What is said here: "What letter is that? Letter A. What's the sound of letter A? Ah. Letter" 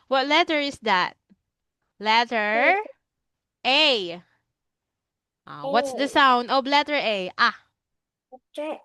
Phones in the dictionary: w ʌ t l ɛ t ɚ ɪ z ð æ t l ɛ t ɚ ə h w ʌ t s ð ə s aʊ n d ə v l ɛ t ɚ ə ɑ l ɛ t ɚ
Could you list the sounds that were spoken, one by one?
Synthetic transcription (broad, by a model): w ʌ t l ɛ t ɚ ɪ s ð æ t l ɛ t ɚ ə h w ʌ t s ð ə s aʊ n d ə b l ɛ t ɚ ə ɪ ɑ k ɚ